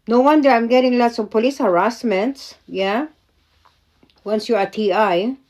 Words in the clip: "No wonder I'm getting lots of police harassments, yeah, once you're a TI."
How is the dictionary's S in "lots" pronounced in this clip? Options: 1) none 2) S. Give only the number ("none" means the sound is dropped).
2